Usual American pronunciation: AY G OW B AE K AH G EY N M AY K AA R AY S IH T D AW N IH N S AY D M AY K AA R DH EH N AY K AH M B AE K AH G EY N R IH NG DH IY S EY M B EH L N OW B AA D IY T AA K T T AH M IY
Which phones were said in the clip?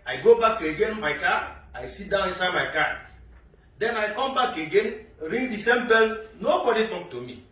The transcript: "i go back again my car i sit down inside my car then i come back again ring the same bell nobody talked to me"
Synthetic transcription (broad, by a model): AY G OW B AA K AH G EY N M AY K AA AY S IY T D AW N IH S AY M AY K AA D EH N AY K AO M B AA K AH G EY N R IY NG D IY S EY M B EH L N OW B AA D IY T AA K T T AH M IY